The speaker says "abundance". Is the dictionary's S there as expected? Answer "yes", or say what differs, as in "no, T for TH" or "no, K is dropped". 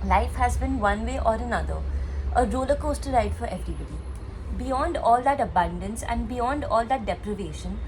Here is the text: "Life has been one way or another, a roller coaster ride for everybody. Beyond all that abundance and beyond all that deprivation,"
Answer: yes